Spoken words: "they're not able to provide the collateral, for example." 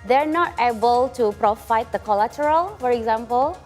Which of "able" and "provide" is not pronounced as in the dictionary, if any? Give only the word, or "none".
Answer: provide